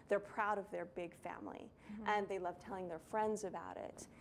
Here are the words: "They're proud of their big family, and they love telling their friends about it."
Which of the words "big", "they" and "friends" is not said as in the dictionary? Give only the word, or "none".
none